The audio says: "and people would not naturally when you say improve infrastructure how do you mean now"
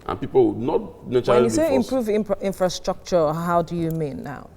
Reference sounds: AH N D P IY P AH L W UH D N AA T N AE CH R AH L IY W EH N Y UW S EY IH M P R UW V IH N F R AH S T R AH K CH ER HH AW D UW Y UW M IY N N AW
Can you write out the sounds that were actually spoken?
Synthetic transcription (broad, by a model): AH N P IY P AH L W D N AA T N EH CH AH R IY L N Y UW S EY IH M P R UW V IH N F R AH S T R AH K CH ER HH AW D UW Y UW M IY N N AW